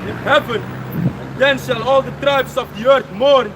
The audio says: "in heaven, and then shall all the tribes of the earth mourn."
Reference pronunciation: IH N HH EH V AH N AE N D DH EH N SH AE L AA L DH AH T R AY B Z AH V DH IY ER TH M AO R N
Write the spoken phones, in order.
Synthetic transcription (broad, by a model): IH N HH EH V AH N N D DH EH N SH AE L AA L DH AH T R AY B S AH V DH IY ER TH M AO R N